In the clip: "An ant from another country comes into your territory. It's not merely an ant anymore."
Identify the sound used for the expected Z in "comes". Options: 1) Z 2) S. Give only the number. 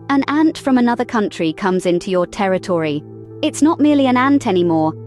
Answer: 1